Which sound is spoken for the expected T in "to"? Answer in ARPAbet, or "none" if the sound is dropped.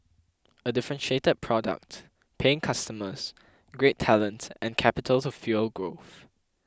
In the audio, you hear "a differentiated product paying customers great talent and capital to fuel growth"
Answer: S